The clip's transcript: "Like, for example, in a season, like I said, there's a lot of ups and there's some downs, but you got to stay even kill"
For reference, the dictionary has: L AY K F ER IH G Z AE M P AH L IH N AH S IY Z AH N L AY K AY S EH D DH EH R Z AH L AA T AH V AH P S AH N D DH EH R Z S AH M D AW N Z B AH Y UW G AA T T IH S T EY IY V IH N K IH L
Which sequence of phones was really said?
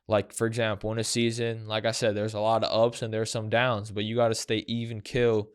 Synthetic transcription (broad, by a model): L AY K F ER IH G Z AE M P L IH N AH S IY Z AH N L AY K AY S EH D DH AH R Z AH L AA T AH AH P S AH N DH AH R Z S AH M D AW N Z B AH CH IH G AA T T IH S T EY IY V IH N K IH L